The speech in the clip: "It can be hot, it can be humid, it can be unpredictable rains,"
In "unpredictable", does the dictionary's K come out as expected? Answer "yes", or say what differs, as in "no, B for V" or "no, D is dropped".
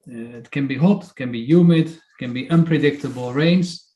yes